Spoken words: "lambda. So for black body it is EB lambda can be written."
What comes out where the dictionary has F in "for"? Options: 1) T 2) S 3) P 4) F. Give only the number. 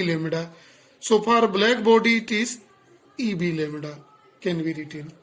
3